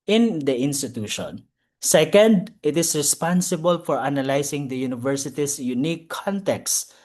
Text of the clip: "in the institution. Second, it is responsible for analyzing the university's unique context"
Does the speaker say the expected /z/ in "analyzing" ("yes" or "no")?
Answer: no